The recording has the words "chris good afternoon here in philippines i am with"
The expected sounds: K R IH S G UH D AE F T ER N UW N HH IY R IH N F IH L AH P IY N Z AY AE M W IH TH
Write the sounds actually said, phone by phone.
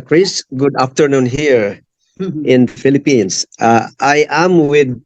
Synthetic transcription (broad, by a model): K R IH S G UH D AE F T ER N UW N HH IY R IH N F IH L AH P IY N S AY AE M W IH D